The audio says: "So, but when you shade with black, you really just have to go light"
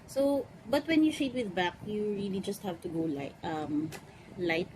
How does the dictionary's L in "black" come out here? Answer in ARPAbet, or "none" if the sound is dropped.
none